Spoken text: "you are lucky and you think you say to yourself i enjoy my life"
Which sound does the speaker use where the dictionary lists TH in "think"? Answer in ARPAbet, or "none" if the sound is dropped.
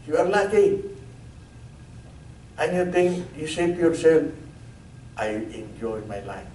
T